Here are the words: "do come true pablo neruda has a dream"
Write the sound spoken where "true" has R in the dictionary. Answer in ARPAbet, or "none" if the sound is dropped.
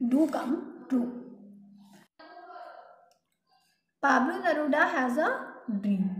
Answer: none